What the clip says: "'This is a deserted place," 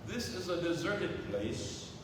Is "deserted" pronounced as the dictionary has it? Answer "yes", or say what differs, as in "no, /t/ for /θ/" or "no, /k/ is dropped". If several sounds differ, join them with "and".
yes